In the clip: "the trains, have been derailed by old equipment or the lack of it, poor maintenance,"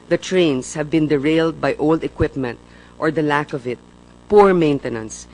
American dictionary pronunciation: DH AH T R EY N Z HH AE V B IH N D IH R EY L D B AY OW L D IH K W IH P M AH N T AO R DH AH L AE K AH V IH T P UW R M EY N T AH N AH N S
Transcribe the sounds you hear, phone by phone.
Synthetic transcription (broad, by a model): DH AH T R EY N S HH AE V B IH N D IH R EY L D B AY OW L D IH K W IH P M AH N T AO R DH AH L AE K AH V IH T P UW R M EY N T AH N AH N S